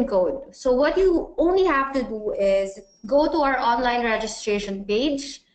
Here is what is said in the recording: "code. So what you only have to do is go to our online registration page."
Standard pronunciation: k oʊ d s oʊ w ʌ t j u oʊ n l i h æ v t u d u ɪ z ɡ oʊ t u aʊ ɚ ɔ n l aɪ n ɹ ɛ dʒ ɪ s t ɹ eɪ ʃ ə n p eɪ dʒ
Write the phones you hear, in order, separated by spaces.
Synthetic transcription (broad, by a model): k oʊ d s oʊ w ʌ t j u oʊ n l i h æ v t u d u ɪ z ɡ oʊ t u aʊ ɚ ɔ n l aɪ n ɹ ɛ dʒ ɪ s t ɹ eɪ ʃ ə n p eɪ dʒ